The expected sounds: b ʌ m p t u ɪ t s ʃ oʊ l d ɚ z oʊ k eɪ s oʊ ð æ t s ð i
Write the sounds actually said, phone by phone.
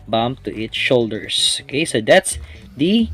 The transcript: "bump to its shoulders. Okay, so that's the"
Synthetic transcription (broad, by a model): b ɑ m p t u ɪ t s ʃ oʊ l d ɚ s oʊ k eɪ s oʊ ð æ t s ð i